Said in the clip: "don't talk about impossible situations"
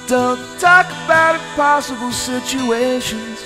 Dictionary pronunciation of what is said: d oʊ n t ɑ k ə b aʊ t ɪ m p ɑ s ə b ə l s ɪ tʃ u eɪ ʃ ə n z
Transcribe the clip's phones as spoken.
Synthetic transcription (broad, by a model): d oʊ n t ɑ k ə b aʊ t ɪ p ɑ s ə b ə l s ɪ tʃ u eɪ ʃ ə n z